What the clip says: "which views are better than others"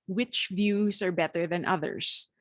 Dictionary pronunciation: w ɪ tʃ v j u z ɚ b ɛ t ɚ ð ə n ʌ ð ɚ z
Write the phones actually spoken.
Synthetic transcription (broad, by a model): w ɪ tʃ v j u z ɚ b ɛ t ɚ ð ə n ʌ ð ɚ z